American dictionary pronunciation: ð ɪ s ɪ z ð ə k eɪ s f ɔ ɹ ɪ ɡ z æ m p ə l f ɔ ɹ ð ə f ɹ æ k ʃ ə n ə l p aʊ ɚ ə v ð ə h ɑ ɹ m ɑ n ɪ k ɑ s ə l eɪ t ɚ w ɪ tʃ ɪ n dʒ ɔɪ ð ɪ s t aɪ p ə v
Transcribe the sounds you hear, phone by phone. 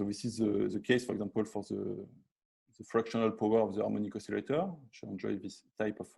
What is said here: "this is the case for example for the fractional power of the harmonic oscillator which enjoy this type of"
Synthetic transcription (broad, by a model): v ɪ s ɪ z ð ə k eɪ s f ɔ ɹ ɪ ɡ z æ m p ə l f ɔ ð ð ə f ɹ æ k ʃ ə n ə l p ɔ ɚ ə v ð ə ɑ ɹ m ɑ n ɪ k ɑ s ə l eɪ t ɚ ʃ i ɪ n dʒ ɔɪ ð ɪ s t aɪ p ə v